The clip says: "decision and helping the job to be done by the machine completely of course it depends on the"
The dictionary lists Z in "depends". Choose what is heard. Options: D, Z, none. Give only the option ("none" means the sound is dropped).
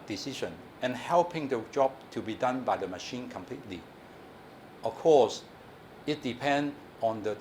none